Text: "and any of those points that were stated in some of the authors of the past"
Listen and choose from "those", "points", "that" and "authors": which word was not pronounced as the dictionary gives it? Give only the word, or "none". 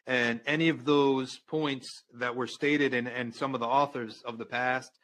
none